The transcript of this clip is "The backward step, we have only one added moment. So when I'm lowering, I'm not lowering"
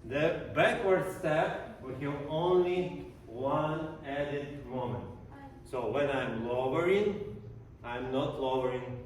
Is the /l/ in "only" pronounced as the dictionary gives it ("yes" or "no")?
yes